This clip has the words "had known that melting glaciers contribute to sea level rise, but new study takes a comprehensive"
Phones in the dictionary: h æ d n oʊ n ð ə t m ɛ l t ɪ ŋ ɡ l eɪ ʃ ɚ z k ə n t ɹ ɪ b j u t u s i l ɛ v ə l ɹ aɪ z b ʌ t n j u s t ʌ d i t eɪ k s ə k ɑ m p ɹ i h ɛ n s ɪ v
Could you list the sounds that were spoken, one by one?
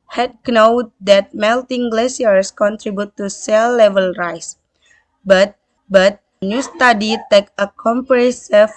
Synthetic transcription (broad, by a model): h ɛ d n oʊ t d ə t m ɛ l t ɪ ŋ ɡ l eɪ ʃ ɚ s k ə n t ɹ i b j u t u s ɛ l ɛ v ə l ɹ aɪ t b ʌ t n j u s t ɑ d i t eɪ k ə k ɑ m p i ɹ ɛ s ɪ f